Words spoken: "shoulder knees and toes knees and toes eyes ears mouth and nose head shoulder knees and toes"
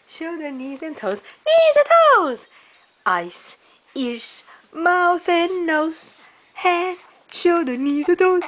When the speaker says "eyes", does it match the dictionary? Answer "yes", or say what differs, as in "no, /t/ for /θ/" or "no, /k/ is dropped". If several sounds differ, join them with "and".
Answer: no, /s/ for /z/